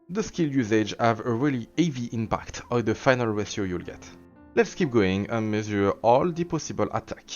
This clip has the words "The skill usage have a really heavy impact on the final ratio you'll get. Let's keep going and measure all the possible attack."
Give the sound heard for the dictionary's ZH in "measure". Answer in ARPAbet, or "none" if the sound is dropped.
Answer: Z